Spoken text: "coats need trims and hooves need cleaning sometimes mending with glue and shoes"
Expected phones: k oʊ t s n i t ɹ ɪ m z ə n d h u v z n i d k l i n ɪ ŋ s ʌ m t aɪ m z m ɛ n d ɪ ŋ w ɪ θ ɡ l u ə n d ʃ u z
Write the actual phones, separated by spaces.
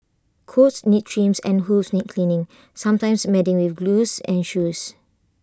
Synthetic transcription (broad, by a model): k oʊ t s n i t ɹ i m s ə n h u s n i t k l i n ɪ ŋ s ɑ m t aɪ m s m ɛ d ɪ ŋ w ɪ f ɡ l u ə n ʃ u s